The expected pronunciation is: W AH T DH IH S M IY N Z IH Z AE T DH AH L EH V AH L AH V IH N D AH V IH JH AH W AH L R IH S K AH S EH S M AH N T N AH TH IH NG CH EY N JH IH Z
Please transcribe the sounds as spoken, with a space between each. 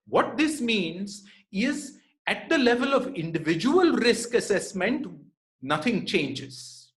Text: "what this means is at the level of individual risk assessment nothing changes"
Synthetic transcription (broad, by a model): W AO T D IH S M IY N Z IH Z AE T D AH L EH V AH L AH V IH N D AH V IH JH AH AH L R IH S K AH S EH S M AH N T N AH T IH NG CH EY N JH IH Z